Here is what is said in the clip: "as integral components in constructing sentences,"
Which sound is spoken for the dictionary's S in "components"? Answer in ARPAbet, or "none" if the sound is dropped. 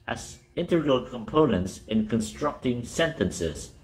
S